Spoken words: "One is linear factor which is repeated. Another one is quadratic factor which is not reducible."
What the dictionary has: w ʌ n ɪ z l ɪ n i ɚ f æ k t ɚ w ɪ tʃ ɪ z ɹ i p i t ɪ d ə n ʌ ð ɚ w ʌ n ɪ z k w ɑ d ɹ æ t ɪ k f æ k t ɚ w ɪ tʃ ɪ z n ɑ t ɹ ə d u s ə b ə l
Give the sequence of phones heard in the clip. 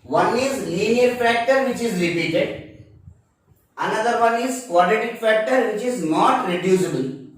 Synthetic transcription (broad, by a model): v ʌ n ɪ z l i n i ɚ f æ k t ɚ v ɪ tʃ ɪ z l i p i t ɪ d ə n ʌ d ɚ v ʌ n ɪ z k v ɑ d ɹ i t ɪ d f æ k t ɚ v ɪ tʃ ɪ z n ɑ t ɹ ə d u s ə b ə l